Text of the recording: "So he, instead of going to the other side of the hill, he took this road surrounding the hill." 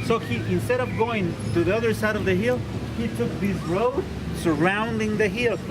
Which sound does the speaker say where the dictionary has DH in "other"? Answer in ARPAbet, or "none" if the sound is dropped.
DH